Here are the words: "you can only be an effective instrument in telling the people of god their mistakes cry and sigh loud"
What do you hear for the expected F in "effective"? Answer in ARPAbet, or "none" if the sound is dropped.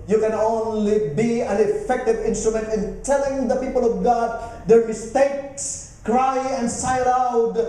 F